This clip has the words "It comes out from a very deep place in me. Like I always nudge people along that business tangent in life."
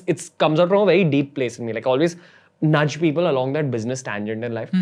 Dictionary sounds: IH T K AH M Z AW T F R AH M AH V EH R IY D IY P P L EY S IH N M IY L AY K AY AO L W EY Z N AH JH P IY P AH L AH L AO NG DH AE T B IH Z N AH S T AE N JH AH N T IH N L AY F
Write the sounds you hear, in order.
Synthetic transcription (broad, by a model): IH T K AH M Z AW T F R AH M AH V EH R IY D IY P P L EY S IH N M IY L AY K AO L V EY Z N AH JH P IY P AH L AH L AO NG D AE T B IH Z N AH S T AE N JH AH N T IH N L AY F